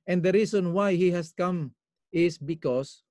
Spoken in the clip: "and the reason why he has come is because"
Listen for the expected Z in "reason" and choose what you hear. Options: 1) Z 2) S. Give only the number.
2